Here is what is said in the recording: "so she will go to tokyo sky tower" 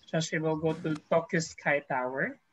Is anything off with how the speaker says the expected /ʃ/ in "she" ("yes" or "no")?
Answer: yes